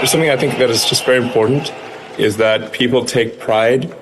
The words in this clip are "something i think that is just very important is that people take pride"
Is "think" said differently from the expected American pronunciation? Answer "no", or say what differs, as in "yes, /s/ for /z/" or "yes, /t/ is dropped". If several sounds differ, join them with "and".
no